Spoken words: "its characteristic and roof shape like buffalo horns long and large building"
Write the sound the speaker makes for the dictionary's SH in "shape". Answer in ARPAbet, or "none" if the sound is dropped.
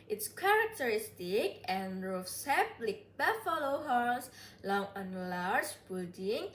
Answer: S